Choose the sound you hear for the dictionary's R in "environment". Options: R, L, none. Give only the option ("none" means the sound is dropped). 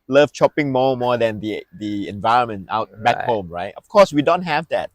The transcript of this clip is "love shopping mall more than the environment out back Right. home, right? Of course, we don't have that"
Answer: R